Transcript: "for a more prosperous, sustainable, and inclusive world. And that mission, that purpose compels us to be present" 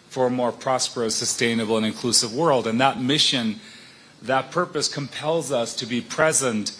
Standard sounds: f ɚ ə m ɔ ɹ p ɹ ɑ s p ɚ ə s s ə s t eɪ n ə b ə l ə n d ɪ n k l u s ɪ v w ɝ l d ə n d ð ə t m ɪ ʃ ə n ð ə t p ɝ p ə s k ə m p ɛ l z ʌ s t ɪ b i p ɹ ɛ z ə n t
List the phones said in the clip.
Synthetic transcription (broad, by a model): f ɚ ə m ɔ ɹ p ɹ ɑ s p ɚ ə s s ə s t eɪ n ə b l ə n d ɪ n k l u s ɪ v w ɝ l d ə n ð ə t m ɪ ʃ ə n ð ə t p ɝ p ə s k ə m p ɛ l z ʌ s t ɪ b i p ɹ ɛ z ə n t